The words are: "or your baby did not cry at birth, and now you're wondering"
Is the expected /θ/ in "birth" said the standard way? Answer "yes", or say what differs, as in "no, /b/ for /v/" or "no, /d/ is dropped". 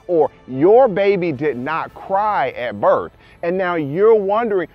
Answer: yes